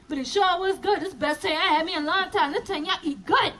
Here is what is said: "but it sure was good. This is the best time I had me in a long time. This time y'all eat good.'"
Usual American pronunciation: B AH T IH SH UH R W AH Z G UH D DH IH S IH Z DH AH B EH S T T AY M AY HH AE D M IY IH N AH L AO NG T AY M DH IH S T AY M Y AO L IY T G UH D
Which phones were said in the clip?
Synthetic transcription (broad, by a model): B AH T IH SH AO L W AH Z G UH D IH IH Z B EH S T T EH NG AY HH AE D M IY IH N L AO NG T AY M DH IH T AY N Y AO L IY T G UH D